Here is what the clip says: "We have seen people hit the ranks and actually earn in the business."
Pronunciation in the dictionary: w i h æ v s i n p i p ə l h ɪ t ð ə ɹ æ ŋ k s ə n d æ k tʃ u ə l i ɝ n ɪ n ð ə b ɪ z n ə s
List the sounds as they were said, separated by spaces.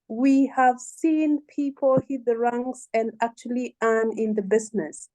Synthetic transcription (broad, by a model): w i h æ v s i n p i p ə l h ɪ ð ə ɹ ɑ ŋ s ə n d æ k tʃ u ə l i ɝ n ɪ n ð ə b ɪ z n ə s